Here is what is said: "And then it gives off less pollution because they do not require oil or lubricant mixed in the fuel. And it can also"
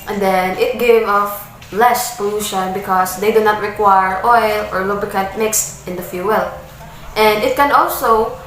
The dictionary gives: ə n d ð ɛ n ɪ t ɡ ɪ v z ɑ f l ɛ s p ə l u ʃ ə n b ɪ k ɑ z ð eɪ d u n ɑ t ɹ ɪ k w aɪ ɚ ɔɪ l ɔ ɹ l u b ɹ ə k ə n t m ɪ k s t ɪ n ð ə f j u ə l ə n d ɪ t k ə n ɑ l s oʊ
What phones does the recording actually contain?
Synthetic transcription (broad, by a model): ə n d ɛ n ɪ t ɡ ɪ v ɑ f l ɛ s p ə l u ʃ ə n b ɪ k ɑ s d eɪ d u n ɑ t ɹ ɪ k w aɪ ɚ ɔɪ l ɔ ɹ l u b ə k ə t m ɪ k s t ɪ n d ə f j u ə l ə n d ɪ t k ə n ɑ l s oʊ